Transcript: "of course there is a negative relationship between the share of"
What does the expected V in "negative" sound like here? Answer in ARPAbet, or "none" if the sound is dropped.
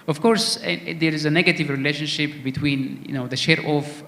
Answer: V